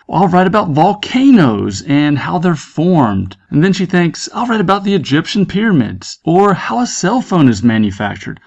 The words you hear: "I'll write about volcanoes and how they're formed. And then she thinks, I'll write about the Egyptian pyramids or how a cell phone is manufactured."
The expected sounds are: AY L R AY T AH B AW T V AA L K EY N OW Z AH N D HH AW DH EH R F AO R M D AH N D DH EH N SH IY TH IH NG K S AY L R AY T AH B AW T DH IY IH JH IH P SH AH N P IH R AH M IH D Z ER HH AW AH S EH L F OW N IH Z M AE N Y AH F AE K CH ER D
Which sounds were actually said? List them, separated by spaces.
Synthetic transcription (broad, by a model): AY L R AY T AH B AW T V AA L K EY N OW Z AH N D HH AW DH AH R F AO R M D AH N DH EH N SH IY TH IH NG K S AY L R AY T AH B AW T DH IY IH JH IH P SH AH N P IH R AH M IH D Z ER HH AW AH S EH L F OW N IH Z M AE N Y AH F AE K CH ER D